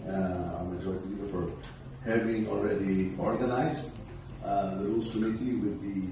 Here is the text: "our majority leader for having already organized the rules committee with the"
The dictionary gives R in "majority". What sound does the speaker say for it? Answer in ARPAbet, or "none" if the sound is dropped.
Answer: none